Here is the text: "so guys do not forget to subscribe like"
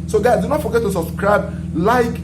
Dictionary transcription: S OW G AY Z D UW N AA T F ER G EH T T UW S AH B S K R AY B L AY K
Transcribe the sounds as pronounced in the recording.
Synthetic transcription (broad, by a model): S OW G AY D UW N AA T F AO G EH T T UW S AH B S K R AY B L AY K